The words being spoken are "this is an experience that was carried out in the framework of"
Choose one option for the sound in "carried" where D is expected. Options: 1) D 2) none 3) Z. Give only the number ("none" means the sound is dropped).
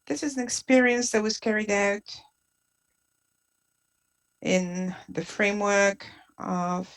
1